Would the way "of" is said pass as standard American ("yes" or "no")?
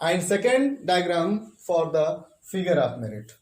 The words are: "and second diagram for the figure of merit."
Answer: no